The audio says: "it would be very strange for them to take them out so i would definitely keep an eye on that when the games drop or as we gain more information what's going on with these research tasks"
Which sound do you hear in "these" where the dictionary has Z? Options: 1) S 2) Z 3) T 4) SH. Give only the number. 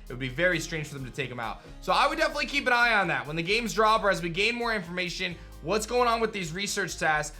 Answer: 2